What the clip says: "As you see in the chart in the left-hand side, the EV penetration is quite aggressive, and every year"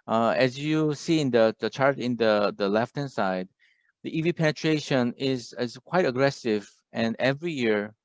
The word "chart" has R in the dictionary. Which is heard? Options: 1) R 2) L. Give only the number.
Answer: 1